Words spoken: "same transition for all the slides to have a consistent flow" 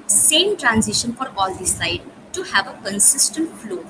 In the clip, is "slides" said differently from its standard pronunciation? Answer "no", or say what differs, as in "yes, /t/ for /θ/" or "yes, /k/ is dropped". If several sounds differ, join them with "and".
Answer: yes, /l/ is dropped and /z/ is dropped